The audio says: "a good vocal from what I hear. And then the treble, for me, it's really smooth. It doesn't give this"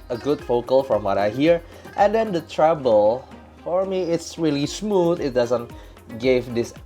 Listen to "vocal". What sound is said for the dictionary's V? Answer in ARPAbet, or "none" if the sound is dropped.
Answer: F